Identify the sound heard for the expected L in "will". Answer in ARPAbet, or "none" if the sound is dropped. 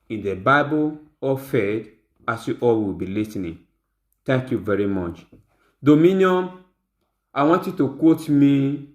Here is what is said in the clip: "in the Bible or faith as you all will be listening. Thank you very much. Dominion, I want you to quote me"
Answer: W